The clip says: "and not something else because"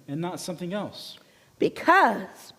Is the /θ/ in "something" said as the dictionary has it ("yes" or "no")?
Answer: yes